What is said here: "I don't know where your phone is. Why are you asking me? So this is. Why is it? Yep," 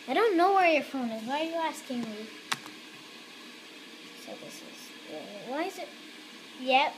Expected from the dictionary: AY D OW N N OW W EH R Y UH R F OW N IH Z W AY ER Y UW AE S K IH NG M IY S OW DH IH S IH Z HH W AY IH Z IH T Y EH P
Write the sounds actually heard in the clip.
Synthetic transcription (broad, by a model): AY D OW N N OW W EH R Y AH R F OW N IH Z W AY ER Y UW AE S K IH NG M IY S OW DH IH S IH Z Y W AY IH Z IH T Y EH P